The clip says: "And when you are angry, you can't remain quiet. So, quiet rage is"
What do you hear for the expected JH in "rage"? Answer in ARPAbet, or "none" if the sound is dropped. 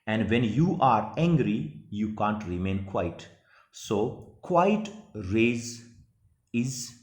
Z